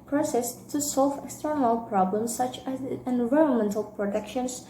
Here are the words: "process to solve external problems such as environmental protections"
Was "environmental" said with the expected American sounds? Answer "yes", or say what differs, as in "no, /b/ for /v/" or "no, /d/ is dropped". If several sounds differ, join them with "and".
yes